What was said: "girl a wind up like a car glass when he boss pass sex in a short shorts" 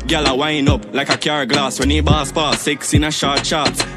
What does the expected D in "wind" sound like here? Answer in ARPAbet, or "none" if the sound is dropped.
none